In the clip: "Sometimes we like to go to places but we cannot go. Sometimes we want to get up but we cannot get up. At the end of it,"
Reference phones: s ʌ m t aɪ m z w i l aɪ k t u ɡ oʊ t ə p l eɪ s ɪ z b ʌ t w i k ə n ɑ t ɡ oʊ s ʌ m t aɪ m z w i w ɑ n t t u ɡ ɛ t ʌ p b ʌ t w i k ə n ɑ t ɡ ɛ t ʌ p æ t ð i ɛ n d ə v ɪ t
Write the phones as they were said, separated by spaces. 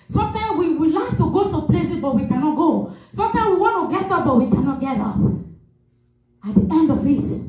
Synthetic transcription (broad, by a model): s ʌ m t aɪ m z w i l aɪ k t u ɡ oʊ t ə p l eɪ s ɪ b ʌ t w i k ə n ɑ t ɡ oʊ s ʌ m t aɪ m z w i w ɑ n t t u ɡ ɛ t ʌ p b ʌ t w i k ə n ɑ t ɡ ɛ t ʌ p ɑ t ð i ɛ n d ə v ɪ t